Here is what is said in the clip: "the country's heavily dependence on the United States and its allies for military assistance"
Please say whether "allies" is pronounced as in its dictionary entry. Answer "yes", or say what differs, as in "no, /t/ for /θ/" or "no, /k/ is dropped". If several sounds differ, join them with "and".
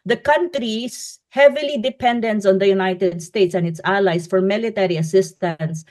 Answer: no, /s/ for /z/